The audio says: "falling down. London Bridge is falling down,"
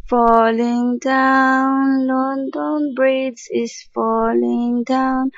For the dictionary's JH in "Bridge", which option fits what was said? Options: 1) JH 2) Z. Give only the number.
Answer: 2